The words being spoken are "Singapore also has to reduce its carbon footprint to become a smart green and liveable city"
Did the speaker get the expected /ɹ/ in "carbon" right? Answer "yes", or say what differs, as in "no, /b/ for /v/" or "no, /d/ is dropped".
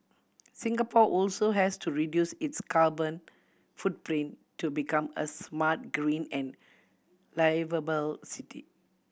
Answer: no, /l/ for /ɹ/